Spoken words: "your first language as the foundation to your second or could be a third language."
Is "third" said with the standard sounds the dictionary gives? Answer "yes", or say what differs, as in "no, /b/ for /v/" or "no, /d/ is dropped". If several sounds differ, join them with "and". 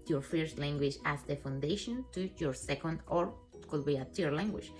no, /t/ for /θ/